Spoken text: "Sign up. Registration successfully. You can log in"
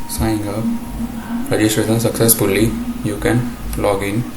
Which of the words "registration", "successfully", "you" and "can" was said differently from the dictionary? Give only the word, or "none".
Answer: registration